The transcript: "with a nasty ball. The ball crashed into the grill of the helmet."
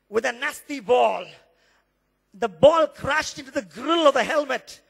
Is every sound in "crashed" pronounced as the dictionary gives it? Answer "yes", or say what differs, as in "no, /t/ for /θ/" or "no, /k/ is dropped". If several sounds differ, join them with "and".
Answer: yes